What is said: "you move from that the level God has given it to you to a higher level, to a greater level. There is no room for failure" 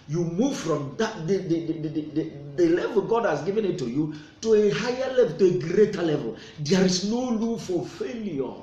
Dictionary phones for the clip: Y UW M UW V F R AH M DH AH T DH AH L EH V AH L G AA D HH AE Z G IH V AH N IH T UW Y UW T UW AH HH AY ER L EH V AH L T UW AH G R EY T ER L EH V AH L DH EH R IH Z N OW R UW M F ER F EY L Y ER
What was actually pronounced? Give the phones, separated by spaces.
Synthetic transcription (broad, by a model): Y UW M UW V F R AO M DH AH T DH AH L EH V AH L G AA D HH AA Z G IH V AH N IH T UW Y UW T UW AH HH AY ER L EH V AH L T UW AH G R EY T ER L EH V AH L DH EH R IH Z N OW L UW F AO F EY L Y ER